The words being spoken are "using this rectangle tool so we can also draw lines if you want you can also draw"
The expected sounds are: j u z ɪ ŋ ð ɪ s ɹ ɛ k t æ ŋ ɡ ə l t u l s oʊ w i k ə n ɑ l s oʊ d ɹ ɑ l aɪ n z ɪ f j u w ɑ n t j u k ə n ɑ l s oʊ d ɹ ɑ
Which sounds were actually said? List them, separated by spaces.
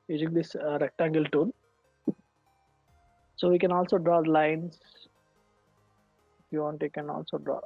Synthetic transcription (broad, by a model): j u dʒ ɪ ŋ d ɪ s ɹ ɛ k t æ ŋ ɡ ə l t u n s oʊ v i k ə n ɑ l s oʊ d ɹ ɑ l aɪ n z ɪ f j u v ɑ n t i k ə n ɑ l s oʊ d ɹ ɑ